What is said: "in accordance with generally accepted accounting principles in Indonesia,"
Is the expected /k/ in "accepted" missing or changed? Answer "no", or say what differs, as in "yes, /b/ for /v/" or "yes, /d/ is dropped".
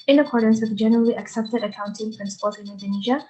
no